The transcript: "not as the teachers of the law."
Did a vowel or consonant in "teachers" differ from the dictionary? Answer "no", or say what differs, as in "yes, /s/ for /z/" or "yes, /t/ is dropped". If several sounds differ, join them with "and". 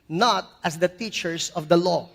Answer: yes, /s/ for /z/